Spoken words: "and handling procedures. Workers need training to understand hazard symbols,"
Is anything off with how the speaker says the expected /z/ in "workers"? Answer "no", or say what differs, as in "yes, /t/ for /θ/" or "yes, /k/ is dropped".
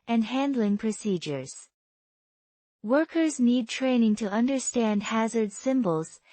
no